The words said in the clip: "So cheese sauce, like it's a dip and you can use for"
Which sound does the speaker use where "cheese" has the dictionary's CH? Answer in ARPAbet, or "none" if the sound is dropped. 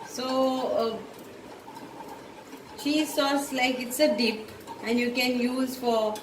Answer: SH